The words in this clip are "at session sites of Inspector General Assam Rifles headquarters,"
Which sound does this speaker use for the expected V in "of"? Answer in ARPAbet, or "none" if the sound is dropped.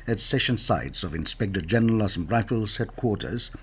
V